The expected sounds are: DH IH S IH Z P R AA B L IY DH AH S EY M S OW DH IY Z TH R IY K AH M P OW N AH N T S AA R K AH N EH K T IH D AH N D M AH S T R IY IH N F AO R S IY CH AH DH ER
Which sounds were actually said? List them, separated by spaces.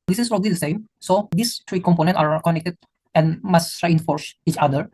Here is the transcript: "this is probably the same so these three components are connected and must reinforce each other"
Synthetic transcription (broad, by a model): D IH S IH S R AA L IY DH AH S EY M S OW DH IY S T R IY K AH M P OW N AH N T AA R K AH N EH K T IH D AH N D M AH S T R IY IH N F AO R S IY CH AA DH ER